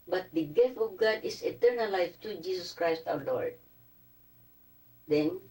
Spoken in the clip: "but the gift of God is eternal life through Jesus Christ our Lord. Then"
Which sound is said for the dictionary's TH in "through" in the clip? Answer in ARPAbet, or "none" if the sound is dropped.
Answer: T